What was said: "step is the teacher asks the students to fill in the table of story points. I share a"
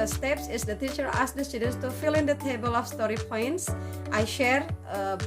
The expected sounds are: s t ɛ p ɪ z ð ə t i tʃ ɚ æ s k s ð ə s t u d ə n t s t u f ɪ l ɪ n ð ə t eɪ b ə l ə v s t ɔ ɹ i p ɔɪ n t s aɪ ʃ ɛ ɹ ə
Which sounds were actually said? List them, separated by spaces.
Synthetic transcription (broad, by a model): s t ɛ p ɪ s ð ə t i tʃ ɚ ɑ s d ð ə s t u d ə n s t u f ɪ l ɪ n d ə t eɪ b ə l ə f s t ɔ ɹ i p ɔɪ n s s aɪ ʃ ɛ ɹ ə